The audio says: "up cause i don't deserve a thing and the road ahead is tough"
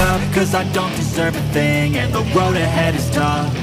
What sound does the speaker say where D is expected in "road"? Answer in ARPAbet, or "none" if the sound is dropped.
none